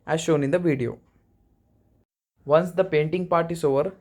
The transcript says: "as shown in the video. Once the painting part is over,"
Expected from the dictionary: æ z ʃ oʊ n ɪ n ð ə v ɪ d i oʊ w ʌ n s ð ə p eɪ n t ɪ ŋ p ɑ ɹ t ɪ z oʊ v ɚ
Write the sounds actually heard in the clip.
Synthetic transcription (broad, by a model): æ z ʃ oʊ n ɪ n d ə v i d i oʊ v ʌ n s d ə p eɪ n t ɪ ŋ p ɑ ɹ t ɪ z oʊ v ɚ